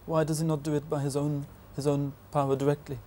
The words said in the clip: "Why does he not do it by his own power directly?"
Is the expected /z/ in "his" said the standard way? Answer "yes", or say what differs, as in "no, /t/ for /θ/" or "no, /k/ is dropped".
yes